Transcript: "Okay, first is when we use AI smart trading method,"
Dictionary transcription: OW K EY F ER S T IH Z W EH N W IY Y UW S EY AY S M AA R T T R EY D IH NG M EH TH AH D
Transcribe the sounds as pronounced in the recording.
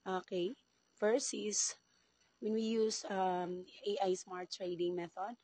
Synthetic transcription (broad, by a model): OW K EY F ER S IH S W EH N W IY Y UW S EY AY S M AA R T T R EY D IH NG M EH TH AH D